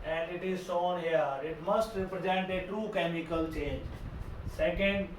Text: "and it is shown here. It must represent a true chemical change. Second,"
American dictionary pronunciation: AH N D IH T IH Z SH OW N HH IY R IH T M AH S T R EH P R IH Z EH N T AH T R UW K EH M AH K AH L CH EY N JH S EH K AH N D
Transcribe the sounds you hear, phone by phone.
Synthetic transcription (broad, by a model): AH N D IH T IH Z S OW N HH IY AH IH T M AH S T R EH P R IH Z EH N T AH T R UW K EH M AH K AH L CH EY N JH S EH K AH N D